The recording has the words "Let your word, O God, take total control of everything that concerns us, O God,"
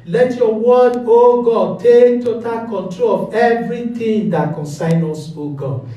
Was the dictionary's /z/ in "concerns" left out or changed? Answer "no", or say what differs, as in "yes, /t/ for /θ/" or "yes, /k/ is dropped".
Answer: yes, /z/ is dropped